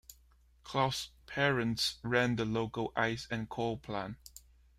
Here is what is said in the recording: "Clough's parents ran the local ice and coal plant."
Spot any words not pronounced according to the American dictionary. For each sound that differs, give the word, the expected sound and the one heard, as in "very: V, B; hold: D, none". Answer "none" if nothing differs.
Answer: clough's: Z, S; plant: T, none